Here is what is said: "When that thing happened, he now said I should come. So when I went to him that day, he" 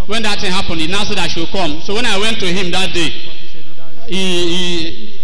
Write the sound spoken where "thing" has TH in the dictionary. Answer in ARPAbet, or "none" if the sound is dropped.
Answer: T